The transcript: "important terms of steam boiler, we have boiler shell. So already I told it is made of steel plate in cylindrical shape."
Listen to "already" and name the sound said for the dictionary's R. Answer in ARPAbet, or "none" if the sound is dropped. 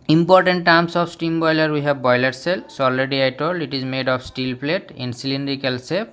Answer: L